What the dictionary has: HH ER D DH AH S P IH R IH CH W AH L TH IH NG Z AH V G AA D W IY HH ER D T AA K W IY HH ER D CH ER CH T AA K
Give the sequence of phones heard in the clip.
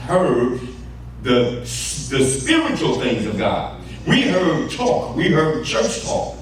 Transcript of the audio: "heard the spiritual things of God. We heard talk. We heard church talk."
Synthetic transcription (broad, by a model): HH ER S DH AH S P IH R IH CH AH L TH IH NG Z AH V G AA D W IY HH ER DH T AA K W IY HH ER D CH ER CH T AA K